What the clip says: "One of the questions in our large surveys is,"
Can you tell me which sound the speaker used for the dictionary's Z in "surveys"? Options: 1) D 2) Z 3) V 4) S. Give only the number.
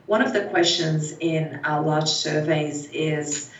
2